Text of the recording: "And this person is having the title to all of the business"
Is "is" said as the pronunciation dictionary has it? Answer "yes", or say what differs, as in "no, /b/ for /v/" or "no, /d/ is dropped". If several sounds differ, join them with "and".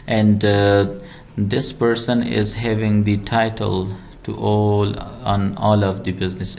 yes